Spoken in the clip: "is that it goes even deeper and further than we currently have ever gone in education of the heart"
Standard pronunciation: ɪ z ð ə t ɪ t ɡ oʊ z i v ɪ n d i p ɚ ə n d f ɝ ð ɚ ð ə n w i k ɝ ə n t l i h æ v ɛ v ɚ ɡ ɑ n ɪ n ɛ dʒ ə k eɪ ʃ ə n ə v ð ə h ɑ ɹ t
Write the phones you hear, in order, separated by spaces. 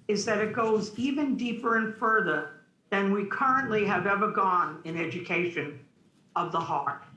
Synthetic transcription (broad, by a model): ɪ z ð ə t ɪ t ɡ oʊ z i v ɪ n d i p ɚ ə n f ɝ ð ɚ ð ə n w i k ɝ ə n t l i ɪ v ɛ v ɚ ɡ ɑ n ɪ n ɛ dʒ ə k eɪ ʃ ə n ə v ð ə h ɑ ɹ t